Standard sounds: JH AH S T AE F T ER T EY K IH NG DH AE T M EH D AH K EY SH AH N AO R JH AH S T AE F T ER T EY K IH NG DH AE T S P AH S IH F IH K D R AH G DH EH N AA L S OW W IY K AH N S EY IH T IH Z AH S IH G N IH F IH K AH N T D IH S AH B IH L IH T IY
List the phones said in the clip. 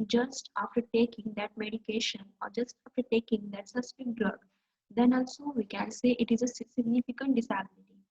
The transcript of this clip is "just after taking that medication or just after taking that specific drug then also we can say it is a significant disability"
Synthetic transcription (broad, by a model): JH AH S T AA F T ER T EY K IH NG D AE T M EH D AH K EY SH AH N AO R JH AH S T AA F T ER T EY K IH NG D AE T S AH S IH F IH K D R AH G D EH N AA L S OW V IY K AH N S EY IH T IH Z AH S IH G N IH F IH K AH N T D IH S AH B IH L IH T IY